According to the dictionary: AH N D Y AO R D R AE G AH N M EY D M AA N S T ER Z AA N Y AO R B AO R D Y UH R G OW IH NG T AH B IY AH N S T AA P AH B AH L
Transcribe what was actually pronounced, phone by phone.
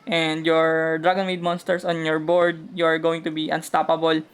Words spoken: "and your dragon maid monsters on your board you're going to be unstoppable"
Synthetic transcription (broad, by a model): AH N D Y AO R D R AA G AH N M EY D M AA N S T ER S AA N Y AO R B AO R D Y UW R G OW IH NG T AH B IY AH N S T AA P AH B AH L